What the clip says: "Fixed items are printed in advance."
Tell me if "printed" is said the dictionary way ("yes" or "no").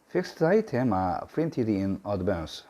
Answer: no